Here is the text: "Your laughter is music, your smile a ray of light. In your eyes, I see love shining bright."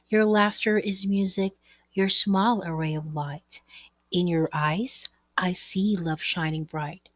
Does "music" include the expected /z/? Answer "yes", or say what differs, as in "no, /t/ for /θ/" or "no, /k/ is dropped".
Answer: yes